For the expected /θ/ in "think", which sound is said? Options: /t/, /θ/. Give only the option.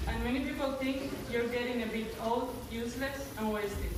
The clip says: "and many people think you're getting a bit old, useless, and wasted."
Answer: /t/